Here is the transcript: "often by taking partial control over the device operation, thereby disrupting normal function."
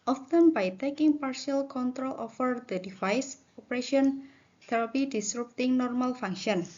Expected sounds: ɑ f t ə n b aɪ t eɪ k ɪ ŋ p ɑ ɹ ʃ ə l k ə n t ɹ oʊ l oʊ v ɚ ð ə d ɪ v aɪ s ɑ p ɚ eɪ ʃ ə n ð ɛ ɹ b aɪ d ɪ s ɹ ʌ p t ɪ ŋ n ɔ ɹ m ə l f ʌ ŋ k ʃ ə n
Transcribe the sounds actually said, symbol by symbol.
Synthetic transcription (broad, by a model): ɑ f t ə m b aɪ t eɪ k ɪ ŋ p ɑ ɹ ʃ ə l k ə n t ɹ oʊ l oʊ f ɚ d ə d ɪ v aɪ s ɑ p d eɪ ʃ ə n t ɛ ɹ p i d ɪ s ɹ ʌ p t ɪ ŋ n ɔ ɹ m ə l f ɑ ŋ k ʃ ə n